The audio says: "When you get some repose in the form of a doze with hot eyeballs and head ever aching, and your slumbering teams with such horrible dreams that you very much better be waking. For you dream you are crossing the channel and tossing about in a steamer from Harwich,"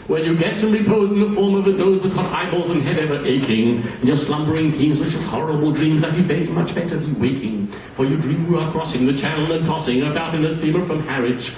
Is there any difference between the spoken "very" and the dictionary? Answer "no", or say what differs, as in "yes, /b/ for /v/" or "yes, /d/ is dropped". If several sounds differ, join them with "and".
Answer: yes, /b/ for /v/ and /ɹ/ is dropped